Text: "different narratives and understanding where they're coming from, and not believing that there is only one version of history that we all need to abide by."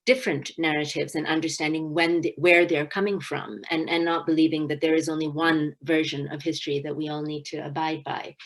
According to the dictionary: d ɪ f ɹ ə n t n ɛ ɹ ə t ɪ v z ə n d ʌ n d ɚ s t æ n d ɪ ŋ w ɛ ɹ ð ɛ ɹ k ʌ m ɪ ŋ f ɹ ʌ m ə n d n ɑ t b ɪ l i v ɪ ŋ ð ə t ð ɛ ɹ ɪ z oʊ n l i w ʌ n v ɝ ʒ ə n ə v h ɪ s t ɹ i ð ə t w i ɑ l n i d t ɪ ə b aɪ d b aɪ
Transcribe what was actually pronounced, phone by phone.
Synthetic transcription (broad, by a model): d ɪ f ɹ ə n n ɛ ɹ ə t ɪ v z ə n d ʌ n d ɚ s t æ n d ɪ ŋ w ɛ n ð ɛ ɹ k ʌ m ɪ ŋ f ɹ ʌ m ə n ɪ n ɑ t b ɪ l i v ɪ ŋ ð ə t ð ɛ ɹ ɪ z oʊ n l i w ʌ n v ɝ ʒ ə n ə v h ɪ s t ɹ i ð ə t w i ɑ l n i d t ɪ ə b aɪ d b aɪ